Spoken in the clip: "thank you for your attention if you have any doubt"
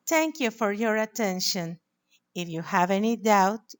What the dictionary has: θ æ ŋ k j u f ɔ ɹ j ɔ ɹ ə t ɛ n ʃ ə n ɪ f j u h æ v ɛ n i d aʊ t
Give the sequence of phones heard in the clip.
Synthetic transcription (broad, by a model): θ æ ŋ k j u f ɔ ɹ j ɔ ɹ ə t ɛ n ʃ ə n ɪ f j u h æ v ɛ n i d aʊ t